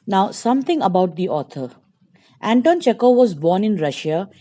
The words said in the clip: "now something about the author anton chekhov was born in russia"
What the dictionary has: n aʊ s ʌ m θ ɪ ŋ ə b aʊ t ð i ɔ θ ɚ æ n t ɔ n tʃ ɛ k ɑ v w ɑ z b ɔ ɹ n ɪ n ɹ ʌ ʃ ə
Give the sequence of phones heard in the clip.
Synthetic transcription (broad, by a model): n aʊ s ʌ m t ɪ ŋ ə b aʊ t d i ɔ t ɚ æ n t ɔ n tʃ ɛ k ɑ v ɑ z b ɔ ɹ n ɪ n ɹ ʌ ʃ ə